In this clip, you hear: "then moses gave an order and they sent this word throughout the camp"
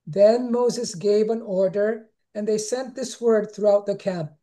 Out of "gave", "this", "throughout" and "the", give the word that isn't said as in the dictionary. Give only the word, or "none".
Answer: none